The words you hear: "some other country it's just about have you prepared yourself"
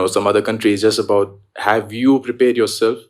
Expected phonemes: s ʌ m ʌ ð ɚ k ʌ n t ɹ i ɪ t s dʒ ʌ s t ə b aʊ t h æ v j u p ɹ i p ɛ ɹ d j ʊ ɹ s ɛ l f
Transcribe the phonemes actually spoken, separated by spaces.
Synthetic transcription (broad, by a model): s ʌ m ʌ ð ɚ k ʌ n t ɹ i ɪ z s dʒ ʌ s t ə b aʊ t h æ v j u p ɹ i p ɛ ɹ d j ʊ ɹ s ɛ l f